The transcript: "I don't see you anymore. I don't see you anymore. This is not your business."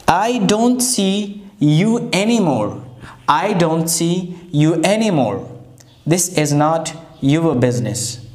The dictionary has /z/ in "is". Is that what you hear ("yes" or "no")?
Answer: yes